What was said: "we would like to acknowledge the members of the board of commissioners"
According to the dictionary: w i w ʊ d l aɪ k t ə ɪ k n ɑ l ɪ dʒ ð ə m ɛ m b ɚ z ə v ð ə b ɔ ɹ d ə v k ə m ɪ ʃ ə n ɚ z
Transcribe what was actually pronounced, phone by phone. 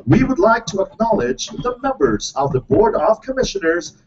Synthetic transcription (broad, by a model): w i w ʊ d l aɪ k t ə ɪ k n ɑ l ɪ dʒ ð ə m ɛ m b ɚ z ə v ð ə b ɔ ɹ d ə v k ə m ɪ ʃ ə n ɚ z